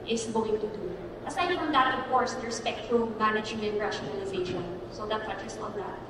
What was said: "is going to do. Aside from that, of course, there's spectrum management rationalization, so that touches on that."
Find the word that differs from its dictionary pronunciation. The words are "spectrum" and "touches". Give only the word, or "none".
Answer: touches